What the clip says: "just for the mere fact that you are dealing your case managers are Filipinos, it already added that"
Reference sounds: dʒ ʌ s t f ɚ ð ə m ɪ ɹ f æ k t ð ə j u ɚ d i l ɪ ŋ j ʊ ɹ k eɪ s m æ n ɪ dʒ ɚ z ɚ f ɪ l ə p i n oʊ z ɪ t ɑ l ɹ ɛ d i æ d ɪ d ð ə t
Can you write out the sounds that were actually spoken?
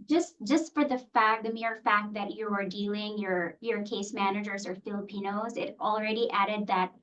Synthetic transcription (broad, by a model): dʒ ʌ s t f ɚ ð ə m ɪ ɹ f æ k t ð ə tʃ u ɚ d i l ɪ ŋ j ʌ ɹ k eɪ s m æ n ɪ dʒ ɚ z ɚ f ɪ l ə p i n oʊ z ɪ t l ɹ ɛ d i æ d ɪ d ð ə t